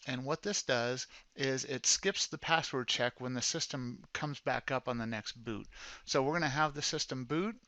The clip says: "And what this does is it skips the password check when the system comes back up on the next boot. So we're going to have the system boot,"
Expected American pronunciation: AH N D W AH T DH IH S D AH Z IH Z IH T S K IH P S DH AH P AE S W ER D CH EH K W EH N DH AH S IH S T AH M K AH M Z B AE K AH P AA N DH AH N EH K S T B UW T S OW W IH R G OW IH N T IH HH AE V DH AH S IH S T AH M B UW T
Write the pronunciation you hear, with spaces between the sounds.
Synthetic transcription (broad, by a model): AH N W AH T DH IH S D AH Z IH Z IH T S K IH P S DH AH P AE S W ER D CH EH K W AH N DH AH S IH S T AH M K AH M Z B AE K AH P N DH AH N EH K S T B UW T S OW W IH R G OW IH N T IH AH V DH AH S IH S T AH M B UW T